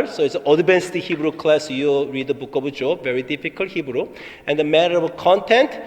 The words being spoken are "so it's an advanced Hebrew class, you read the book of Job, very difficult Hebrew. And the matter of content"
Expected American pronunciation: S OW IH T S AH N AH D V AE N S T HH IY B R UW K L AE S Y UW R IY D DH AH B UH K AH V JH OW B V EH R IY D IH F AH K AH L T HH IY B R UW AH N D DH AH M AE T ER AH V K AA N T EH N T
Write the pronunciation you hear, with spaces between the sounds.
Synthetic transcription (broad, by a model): S OW IH T S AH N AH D B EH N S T HH IY B R UW K L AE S Y UW R IY D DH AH B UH K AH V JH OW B V EH R IY D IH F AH K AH L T HH IY B R UW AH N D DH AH M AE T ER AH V K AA N T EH N T